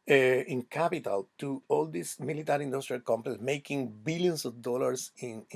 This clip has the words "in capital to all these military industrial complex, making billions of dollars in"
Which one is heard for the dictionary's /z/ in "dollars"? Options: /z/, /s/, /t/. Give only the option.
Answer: /s/